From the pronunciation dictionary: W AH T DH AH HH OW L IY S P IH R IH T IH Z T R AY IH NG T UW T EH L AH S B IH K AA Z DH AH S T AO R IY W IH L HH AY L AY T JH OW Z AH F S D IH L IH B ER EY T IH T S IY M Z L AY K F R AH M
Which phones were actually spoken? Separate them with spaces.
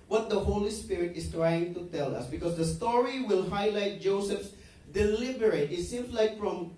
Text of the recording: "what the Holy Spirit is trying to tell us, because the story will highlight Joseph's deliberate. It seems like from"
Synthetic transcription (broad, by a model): W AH T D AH HH OW L IY S P IH R IH T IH S T R AY IH NG T UW T EH L AH S B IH K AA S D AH S T AO R IY W IH L HH AY L AY T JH OW S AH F S D IH L IH B ER EY T IH T S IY M S L AY K F R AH M